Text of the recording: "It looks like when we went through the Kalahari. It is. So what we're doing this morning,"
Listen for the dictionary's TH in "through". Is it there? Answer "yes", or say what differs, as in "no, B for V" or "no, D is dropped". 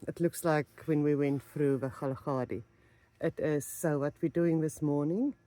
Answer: no, F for TH